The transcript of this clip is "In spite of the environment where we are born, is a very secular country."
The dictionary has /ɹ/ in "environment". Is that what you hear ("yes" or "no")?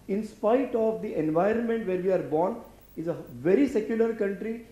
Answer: yes